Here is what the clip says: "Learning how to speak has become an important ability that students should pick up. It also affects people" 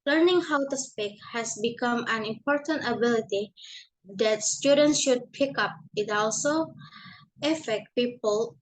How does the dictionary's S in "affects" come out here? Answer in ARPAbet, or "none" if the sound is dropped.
none